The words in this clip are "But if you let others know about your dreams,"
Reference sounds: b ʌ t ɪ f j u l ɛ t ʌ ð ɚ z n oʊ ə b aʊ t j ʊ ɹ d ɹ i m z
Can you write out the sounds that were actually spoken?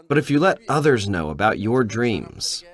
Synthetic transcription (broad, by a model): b ʌ t ɪ f j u l ɛ t ʌ ð ɚ z n oʊ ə b aʊ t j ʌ ɹ d ɹ i m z